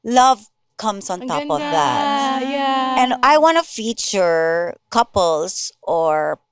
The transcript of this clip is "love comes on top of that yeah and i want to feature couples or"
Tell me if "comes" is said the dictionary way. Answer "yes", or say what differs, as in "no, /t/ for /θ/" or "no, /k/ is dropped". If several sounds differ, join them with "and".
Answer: no, /s/ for /z/